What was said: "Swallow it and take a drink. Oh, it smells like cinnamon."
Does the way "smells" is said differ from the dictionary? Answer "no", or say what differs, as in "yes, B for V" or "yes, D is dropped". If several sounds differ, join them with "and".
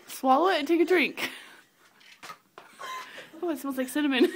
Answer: yes, L is dropped